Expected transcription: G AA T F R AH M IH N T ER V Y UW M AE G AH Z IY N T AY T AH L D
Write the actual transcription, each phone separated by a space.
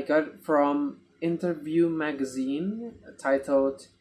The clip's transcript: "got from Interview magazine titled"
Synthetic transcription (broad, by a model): G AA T F R AH M IH N T ER V Y UW M AE G AH Z IY N T AY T L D